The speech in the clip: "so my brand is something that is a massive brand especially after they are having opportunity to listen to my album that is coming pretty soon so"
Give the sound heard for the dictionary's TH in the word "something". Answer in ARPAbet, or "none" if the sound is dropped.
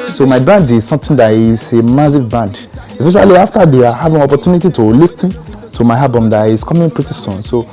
T